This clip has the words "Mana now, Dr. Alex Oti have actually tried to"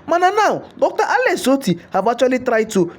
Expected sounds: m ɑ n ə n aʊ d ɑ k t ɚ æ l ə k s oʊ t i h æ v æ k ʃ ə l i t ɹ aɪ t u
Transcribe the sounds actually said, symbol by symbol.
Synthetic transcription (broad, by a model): m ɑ n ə n aʊ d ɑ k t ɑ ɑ l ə s oʊ t i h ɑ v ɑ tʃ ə l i t ɹ aɪ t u